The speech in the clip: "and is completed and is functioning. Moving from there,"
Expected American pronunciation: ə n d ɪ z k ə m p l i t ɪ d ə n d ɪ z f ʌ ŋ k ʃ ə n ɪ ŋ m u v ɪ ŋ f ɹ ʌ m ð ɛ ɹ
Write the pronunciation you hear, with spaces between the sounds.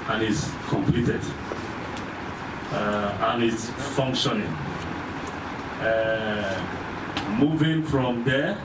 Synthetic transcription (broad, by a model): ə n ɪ s k ə m p l i t ɪ d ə n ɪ s f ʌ ŋ k ʃ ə n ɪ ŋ m u v ɪ ŋ f ɹ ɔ m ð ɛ